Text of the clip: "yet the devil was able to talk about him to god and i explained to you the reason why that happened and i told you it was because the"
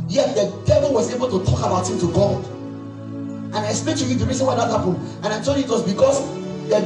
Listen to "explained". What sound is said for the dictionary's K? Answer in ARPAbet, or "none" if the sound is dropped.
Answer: none